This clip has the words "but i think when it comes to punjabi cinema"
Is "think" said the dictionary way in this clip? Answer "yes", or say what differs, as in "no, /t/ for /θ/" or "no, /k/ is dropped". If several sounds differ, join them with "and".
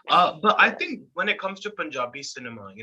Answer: yes